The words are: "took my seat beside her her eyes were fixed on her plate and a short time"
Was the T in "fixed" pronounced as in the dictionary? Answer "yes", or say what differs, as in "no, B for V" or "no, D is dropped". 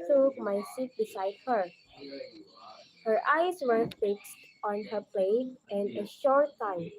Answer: yes